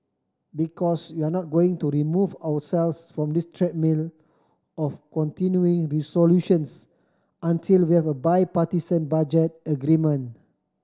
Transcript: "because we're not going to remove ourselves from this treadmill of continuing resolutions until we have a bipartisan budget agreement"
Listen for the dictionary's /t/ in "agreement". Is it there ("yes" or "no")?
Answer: no